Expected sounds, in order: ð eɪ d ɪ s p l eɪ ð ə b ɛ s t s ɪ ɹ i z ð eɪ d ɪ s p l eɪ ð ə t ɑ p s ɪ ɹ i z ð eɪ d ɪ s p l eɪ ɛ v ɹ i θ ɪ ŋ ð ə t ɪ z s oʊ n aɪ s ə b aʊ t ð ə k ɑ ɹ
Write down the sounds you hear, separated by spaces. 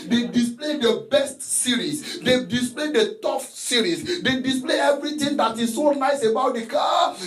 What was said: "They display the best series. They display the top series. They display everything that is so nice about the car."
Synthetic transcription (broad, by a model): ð eɪ d ɪ s p l eɪ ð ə b ɛ s t s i ɹ i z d eɪ d ɪ s p l eɪ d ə t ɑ f s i ɹ i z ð eɪ d ɪ s p l eɪ ɛ v ɹ i t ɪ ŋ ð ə t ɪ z s oʊ n aɪ s ə b aʊ t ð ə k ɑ